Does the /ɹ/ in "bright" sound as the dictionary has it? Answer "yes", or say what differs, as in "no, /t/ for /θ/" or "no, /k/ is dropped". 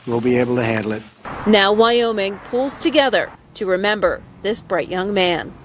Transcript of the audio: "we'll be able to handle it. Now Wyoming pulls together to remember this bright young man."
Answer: yes